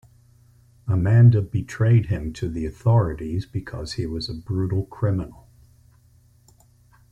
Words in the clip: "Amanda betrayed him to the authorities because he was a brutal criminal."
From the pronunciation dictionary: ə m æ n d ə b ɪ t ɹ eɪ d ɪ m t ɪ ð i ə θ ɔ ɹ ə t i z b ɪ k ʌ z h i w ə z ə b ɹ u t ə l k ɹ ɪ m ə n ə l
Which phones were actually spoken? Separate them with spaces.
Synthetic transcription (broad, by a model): ə m æ n d ə b ɪ t ɹ eɪ d ɪ m t ɪ ð i ə θ ɔ ɹ ə t i z b ɪ k ʌ z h i w ə z ə b ɹ u t l k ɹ ɪ m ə n l